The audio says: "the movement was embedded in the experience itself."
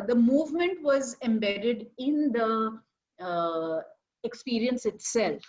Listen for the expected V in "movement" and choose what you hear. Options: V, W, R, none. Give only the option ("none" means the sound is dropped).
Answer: V